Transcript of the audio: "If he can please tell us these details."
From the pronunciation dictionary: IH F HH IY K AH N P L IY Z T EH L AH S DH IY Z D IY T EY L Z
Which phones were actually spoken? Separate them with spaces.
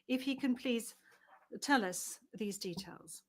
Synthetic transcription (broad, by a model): IH F HH IY K AH N P L IY Z T EH L AH S DH IY Z D IY T EY L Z